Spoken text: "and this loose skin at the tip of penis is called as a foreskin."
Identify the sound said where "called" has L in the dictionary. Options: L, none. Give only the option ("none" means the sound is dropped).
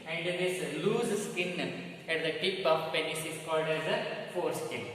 L